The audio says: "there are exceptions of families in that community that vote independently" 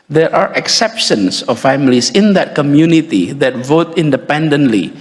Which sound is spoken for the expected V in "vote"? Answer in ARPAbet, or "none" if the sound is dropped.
V